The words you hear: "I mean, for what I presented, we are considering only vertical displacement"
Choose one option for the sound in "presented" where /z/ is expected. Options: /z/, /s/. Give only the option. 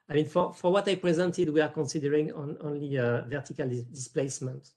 /z/